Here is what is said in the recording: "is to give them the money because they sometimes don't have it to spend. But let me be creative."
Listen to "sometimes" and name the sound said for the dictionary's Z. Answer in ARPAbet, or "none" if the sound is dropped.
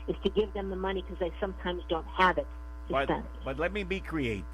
Z